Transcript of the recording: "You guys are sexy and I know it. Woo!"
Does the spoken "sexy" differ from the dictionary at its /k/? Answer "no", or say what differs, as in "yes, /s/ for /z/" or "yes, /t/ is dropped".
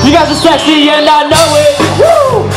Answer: yes, /k/ is dropped